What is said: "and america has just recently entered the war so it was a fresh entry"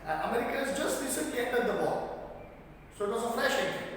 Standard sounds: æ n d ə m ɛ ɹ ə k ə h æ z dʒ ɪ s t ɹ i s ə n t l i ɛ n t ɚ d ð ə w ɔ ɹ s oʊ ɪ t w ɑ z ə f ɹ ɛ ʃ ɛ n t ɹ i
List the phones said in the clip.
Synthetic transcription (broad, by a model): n ə m ɛ ɹ ə k ə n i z dʒ ɪ s t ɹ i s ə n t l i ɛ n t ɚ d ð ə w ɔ l s oʊ ɪ t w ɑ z ə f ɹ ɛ ʃ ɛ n